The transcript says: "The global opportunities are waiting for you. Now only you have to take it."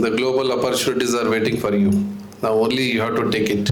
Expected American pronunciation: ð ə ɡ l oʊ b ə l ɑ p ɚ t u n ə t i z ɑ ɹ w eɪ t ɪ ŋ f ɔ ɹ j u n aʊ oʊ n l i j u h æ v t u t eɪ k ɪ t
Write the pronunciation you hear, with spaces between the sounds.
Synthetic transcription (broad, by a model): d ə ɡ l oʊ b ə l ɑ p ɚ t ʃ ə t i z ɑ ɹ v eɪ t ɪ ŋ f ɔ ɹ j u n aʊ oʊ n l i j u h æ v t u t eɪ k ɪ t